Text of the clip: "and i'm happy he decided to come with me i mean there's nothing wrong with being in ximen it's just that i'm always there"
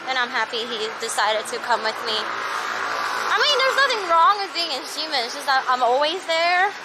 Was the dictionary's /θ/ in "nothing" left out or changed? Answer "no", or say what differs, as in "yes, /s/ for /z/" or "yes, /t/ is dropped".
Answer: no